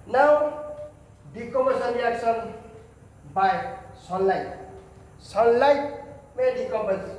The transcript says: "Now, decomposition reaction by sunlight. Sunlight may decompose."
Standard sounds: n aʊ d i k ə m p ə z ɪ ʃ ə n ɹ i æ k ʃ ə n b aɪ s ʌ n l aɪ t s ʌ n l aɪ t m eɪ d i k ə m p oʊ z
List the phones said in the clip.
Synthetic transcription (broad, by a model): n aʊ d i k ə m ə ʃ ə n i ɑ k s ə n b aɪ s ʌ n l aɪ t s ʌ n l aɪ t m eɪ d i k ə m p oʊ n